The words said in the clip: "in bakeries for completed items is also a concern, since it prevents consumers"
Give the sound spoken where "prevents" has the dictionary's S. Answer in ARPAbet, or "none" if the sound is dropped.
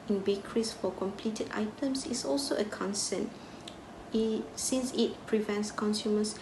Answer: S